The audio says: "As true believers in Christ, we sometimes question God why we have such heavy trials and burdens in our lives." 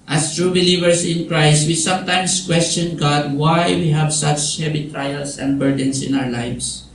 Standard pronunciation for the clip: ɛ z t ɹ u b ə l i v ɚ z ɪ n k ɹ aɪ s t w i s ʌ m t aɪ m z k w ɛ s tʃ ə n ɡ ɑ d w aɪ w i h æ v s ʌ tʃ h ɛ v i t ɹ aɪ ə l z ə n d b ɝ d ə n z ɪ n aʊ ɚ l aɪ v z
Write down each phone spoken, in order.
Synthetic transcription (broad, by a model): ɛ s t ɹ u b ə l i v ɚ s ɪ n k ɹ aɪ s t w i s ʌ m t aɪ m s k w ɛ s tʃ ə n ɡ ɑ d w aɪ w i h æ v s ʌ tʃ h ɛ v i t ɹ aɪ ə l s ə n d b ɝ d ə n s ɪ n aʊ ɚ l aɪ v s